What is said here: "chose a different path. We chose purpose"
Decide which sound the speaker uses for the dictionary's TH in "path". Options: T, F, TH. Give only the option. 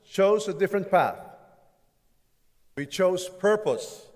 TH